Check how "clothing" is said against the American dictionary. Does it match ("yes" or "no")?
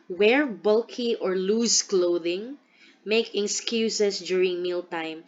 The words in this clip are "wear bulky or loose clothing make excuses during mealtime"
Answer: yes